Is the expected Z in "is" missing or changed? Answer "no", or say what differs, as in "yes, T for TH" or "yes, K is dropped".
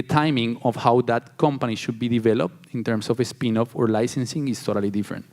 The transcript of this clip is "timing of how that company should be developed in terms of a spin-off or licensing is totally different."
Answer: yes, S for Z